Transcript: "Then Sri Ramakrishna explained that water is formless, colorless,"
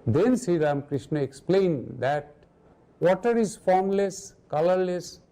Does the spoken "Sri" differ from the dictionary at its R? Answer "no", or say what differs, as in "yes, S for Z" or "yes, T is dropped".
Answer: yes, R is dropped